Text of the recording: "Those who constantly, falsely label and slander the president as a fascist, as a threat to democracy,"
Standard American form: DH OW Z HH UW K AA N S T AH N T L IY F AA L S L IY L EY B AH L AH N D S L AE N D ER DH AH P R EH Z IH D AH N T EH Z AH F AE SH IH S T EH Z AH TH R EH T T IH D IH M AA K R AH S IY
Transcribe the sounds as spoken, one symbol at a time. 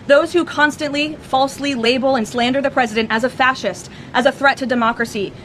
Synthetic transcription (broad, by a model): DH OW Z HH UW K AA N S T AH N T L IY F AA L S L IY L EY B L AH N S L AE N D ER DH AH P R EH Z IH D AH N T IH Z AH F AE SH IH S T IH Z AH TH R EH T T IH D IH M AA K R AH S IY